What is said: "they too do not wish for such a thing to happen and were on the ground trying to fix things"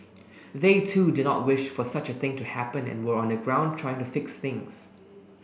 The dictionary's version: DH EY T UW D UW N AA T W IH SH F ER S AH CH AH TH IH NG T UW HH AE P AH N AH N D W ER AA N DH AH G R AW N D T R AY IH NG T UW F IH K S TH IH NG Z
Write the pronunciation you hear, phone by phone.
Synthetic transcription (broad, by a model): DH EY T UW D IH N AA T W IH SH F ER S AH CH AH TH IH NG T UW HH AE P AH N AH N W ER AA N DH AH G R AW N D T R AY IH NG T UW F IH K S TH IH NG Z